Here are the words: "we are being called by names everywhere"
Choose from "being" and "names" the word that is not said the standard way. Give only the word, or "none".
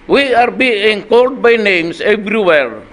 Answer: names